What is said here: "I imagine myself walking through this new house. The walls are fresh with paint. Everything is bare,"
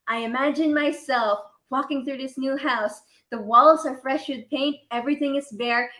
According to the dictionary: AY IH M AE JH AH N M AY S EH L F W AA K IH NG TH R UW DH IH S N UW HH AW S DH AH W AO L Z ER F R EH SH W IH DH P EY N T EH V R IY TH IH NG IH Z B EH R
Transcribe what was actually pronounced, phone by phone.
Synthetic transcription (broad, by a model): AY IH M AE JH AH N M AY S EH L F W AA K IH NG TH R UW DH IH S N UW HH AW S DH AH W AO L Z ER F R EH SH W IH DH P EY N T EH V R IY TH IH NG IH Z B EH R